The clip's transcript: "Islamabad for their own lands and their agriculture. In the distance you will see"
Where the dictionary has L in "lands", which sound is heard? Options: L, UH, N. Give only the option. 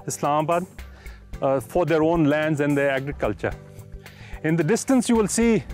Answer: L